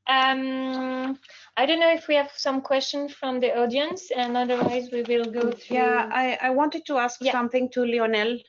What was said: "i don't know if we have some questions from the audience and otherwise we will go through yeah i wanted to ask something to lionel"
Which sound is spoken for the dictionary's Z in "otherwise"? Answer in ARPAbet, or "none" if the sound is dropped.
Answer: Z